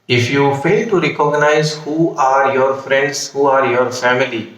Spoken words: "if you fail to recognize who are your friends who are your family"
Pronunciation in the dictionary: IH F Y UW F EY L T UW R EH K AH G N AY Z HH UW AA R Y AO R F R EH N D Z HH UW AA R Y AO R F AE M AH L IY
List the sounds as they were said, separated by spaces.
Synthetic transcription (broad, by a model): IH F Y UW F EY L T UW R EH K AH G N AY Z HH UW AA R Y AO R F R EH N D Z HH UW AA R Y AO R F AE M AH L IY